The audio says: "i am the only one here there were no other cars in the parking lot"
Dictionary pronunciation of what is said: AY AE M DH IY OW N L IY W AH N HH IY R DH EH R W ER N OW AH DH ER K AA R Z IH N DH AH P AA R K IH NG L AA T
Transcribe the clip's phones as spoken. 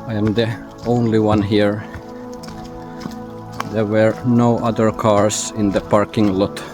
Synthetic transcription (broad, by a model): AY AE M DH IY OW N L IY W AH N HH IY R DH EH R W ER N OW AH DH ER K AA R S IH N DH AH P AA R K IH NG L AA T